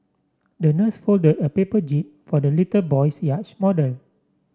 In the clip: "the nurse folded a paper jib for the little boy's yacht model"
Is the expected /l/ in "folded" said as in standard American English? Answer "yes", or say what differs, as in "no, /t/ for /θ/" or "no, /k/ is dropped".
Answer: yes